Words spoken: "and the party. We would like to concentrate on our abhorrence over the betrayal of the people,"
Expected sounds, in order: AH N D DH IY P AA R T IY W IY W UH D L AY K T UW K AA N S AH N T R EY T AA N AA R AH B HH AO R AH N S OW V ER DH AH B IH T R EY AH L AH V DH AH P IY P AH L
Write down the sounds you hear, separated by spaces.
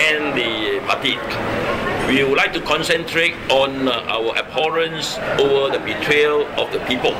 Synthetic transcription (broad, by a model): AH N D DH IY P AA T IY W IY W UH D L AY K T UW K AA N S AH N T R EY T AA N AA W AH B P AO R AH N S OW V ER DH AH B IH T R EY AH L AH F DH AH P IY P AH L